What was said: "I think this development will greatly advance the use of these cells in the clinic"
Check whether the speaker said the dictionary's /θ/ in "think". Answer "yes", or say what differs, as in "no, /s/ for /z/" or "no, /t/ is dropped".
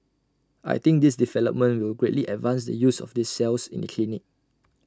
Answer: no, /t/ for /θ/